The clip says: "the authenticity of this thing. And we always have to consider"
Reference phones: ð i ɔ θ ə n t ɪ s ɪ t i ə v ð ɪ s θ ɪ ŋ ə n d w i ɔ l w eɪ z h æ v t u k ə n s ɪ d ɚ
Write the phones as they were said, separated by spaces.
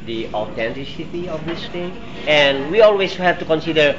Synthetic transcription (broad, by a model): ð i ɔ t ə n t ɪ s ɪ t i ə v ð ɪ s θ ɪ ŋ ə n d w i ɔ l w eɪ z h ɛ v t u k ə n s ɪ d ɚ